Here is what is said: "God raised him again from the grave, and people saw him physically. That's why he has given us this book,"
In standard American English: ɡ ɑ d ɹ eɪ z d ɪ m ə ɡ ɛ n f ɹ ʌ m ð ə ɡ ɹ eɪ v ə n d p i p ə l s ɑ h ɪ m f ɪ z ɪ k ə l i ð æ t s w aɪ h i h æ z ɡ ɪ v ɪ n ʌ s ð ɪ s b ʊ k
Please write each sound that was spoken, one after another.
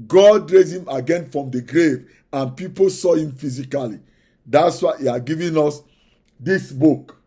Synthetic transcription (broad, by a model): ɡ ɑ d ɹ eɪ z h ɪ m ə ɡ ɛ n f ɹ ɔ m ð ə ɡ ɹ eɪ v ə n p i p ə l s ɑ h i m f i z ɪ k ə l i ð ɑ t s w aɪ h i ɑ ɡ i v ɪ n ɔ s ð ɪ s b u k